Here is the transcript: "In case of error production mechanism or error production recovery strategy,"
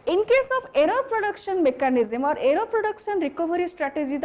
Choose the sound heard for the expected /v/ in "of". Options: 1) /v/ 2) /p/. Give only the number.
2